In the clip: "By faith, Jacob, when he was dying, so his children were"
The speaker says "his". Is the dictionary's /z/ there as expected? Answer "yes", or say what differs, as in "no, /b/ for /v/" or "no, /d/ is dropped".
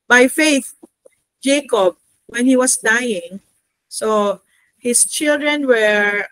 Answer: no, /s/ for /z/